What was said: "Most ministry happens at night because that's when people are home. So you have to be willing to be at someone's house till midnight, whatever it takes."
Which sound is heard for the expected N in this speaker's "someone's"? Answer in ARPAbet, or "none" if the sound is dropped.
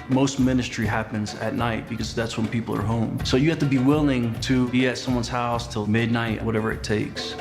N